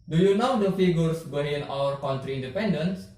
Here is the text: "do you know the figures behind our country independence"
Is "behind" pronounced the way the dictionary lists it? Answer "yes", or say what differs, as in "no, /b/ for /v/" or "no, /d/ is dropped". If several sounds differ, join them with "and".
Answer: no, /d/ is dropped